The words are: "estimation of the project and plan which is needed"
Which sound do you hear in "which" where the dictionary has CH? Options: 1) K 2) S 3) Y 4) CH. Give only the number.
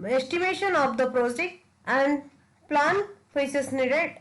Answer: 2